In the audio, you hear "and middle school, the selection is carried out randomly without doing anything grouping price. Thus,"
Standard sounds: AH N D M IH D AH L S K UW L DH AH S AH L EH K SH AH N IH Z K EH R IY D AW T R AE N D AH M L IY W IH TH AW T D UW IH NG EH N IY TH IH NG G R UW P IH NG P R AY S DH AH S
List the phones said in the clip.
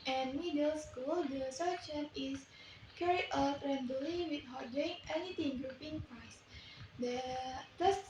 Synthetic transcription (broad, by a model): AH N M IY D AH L S K UW L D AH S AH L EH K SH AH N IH S K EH R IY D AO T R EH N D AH L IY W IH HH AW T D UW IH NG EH N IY T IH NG G R UW P IH NG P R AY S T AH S